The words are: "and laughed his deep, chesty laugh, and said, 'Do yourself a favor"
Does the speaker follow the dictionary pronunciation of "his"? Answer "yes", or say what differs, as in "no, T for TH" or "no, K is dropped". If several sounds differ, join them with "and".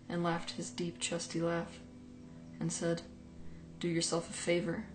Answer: yes